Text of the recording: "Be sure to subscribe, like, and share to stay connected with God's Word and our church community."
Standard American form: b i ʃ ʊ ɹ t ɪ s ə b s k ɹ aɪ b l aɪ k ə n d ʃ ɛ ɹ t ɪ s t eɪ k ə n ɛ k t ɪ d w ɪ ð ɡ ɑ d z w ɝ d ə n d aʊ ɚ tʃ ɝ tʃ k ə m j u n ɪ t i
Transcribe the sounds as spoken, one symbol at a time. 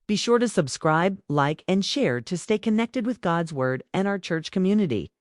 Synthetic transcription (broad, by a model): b i ʃ ʊ ɹ t ɪ s ə b s k ɹ aɪ b l aɪ k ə n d ʃ ɛ ɹ t ɪ s t eɪ k ə n ɛ k t ɪ d w ɪ ð ɡ ɑ d z w ɝ d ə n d aʊ ɚ tʃ ɝ tʃ k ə m j u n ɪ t i